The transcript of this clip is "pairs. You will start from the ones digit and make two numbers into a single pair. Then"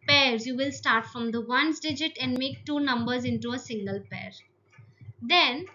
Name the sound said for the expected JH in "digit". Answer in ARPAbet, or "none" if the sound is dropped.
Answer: JH